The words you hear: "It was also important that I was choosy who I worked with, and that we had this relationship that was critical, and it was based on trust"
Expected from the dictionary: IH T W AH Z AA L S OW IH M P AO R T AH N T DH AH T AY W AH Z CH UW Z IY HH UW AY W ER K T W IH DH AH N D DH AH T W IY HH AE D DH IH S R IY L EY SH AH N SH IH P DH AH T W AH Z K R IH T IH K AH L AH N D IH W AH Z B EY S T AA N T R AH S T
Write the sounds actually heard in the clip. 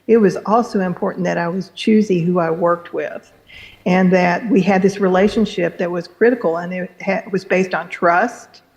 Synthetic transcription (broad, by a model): IH T W AH Z AA L S OW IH M P AO R T N DH AH T AY W AH Z CH UW Z IY HH UW AY W ER K T W IH DH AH N DH AH T W IY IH D DH IH S R IY L EY SH AH N SH IH P DH AH T W AH Z K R IH T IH K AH N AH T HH IH W AH Z B EY S T N T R AH S T